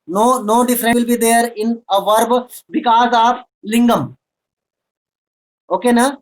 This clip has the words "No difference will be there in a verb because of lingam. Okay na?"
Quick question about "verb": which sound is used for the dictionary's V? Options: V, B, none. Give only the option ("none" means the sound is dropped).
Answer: V